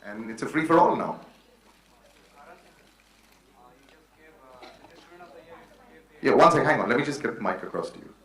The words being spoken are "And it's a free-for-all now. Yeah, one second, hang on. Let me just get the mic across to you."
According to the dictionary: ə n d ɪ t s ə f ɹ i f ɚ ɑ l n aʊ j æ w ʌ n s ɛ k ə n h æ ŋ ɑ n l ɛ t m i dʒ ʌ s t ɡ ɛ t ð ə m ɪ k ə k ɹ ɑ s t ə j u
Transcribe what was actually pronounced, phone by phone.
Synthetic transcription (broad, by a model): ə n ɪ t s ə f ɹ i f ɚ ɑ n aʊ j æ w ʌ n s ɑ ə h æ ŋ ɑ n l ɛ t m i dʒ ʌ s ɡ ɛ t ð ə m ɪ k ə k ɹ ɑ s t ə j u